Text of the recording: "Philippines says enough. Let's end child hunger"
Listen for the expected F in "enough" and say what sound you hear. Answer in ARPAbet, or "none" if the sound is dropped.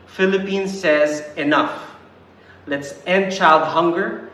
F